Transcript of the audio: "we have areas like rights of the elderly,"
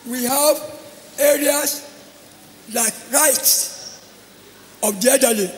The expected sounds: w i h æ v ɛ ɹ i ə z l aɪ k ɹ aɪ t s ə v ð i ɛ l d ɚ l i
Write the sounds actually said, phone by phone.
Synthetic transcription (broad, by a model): w i h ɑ v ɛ ɹ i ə s l aɪ k ɹ aɪ t s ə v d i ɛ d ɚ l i